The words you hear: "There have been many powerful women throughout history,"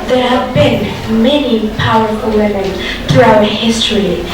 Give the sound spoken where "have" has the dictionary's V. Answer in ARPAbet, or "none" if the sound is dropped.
V